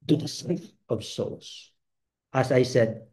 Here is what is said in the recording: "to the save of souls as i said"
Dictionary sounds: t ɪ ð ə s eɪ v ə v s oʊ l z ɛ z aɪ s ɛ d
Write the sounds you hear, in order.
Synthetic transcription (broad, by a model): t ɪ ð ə s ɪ f ə v s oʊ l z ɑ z aɪ s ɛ d